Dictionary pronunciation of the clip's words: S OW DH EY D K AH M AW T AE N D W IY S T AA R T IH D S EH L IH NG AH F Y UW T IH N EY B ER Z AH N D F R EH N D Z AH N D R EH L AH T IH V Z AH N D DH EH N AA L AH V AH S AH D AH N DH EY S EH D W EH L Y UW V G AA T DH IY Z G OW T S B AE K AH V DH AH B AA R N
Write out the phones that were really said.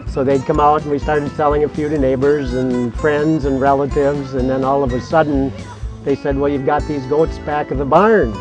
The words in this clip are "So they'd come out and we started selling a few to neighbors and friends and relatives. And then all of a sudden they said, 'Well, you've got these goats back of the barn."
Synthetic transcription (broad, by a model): S OW DH EY D K AH M AW T N W IY S T AA R T IH D S EH L IH NG AH F Y UW T IH N EY B ER Z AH N F R EH N D Z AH N R EH L AH T IH V Z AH N DH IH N AA L AH V AH S AH D N DH EY S EH D W EH L Y UW V G AA T DH IY Z G OW T S B AE K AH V DH AH B AA R N